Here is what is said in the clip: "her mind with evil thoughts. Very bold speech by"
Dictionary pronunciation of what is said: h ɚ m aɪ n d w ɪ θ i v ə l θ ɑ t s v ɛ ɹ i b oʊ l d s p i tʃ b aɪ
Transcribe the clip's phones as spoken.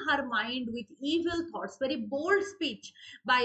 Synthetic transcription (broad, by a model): h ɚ m aɪ n d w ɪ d i v ə l t ɑ t s v ɛ ɹ i b oʊ l d s p i tʃ b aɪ